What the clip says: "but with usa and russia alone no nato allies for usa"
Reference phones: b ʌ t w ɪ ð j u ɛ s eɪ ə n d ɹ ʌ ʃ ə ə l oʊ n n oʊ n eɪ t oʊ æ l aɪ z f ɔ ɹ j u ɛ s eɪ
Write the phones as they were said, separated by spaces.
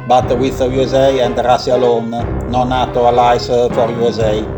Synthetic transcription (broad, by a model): b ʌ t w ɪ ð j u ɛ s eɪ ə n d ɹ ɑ s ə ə l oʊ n n oʊ n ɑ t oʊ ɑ l aɪ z f ɔ ɹ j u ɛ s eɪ